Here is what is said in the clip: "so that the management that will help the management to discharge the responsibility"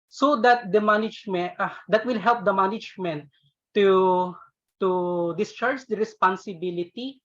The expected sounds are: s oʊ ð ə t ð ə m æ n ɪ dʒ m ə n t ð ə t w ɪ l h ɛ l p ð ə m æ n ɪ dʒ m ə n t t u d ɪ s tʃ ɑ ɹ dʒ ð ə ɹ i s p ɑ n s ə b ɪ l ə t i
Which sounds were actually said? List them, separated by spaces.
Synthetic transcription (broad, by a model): s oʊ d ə t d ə m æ n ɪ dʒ m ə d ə t w ɪ l h ɛ l p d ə m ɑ n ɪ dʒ m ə n t t u d ɪ s tʃ ɑ ɹ dʒ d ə ɹ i s p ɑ n s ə b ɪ l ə t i